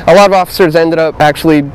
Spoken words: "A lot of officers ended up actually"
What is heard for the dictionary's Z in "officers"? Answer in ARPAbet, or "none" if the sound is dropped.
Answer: Z